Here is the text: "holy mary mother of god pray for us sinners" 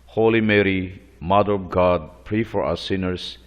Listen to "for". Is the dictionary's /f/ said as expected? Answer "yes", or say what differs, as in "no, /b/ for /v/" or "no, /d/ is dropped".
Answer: yes